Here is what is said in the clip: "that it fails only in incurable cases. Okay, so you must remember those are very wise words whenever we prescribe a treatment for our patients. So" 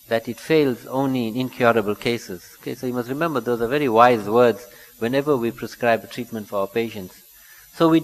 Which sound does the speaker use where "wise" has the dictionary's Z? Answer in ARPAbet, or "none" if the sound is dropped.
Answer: Z